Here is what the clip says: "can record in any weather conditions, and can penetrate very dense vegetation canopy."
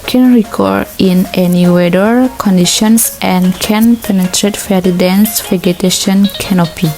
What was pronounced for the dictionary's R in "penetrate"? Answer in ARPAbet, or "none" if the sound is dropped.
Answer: R